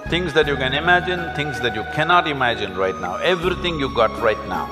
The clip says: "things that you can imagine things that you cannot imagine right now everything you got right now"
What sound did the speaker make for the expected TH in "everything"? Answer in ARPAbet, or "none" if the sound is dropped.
T